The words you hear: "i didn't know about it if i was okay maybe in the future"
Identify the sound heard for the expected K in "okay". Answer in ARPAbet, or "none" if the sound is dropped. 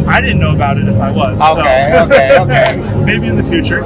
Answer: none